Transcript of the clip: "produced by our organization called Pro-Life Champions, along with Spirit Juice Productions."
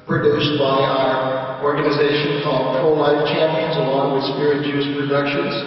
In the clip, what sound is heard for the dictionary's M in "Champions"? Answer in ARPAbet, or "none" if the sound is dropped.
M